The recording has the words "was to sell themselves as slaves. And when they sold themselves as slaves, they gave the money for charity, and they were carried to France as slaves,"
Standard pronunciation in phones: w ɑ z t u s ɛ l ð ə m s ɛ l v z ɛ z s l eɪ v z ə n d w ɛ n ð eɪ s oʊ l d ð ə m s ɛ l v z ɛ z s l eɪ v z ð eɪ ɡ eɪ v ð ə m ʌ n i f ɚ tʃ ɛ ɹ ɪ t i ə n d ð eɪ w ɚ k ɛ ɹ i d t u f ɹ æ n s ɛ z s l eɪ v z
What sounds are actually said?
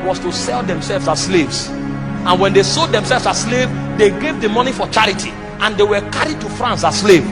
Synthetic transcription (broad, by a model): w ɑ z t u s ɛ l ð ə m s ɛ l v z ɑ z s l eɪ v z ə n w ɛ n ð eɪ s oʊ d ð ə m s ɛ l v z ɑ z s l eɪ v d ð eɪ ɡ eɪ v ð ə m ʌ n i f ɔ tʃ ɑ ɹ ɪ t i ə n d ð eɪ w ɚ k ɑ ɹ i d t u f ɹ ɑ n s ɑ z s l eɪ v